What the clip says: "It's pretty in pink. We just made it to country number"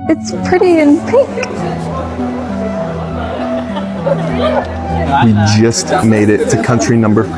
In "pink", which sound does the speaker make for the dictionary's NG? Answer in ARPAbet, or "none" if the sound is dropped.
none